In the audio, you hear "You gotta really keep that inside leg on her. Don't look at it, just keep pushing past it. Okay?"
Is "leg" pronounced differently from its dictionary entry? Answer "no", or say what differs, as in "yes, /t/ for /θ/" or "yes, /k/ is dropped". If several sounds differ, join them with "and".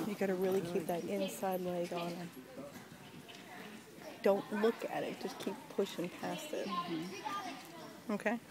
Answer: yes, /ɡ/ is dropped